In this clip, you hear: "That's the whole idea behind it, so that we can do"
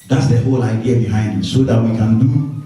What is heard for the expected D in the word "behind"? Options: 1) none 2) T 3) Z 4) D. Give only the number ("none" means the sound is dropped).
4